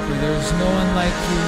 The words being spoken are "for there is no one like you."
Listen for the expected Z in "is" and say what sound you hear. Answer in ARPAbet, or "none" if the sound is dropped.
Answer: Z